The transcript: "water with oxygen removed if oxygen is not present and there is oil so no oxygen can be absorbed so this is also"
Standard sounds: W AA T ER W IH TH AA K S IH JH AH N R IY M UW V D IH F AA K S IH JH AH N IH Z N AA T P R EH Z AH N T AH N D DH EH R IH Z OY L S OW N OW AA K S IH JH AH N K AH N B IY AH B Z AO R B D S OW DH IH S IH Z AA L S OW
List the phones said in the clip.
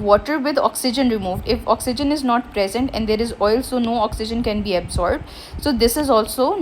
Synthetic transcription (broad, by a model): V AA T ER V IH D AA K S IH JH AH N R IY M UW V D IH F AA K S IH JH AH N IH Z N AA T P R EH Z AH N T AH N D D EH R IH Z OY L S OW N OW AA K S IH JH AH N K AH N B IY AH B Z AO R B D S OW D IH S IH Z AA L S OW